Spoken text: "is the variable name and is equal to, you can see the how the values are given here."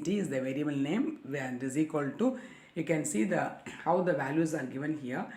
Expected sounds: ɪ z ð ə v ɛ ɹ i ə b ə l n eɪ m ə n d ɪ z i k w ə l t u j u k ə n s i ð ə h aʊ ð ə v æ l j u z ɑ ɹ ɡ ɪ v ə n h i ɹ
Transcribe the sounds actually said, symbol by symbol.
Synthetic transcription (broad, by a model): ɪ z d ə v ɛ ɹ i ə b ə l n eɪ m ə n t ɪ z i k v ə l t u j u k ə n s i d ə h aʊ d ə v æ l j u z ɑ ɹ ɡ ɪ v ə n h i ɹ